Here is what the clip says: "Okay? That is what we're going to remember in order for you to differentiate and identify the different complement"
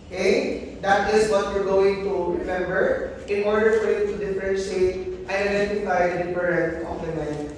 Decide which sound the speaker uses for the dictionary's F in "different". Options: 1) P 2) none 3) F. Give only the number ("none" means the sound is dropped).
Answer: 2